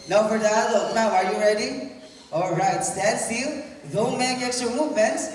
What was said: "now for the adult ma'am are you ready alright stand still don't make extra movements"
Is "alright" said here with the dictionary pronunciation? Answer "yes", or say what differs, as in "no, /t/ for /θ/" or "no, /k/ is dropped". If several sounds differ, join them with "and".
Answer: yes